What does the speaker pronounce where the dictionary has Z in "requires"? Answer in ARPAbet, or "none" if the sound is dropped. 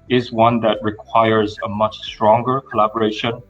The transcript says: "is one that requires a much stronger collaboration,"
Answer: Z